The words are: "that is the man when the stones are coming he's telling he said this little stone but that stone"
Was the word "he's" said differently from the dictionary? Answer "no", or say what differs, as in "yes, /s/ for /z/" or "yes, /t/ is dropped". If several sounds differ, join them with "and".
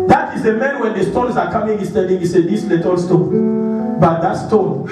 yes, /s/ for /z/